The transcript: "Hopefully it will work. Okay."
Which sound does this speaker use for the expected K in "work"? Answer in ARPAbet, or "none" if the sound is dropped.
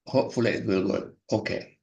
none